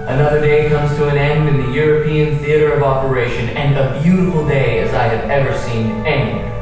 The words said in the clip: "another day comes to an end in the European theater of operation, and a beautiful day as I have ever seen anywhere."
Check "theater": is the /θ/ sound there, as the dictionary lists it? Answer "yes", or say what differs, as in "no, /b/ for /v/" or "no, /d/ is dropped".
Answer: yes